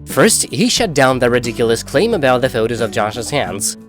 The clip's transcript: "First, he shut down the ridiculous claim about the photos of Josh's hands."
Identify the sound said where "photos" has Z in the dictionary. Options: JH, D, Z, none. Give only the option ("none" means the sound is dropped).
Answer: Z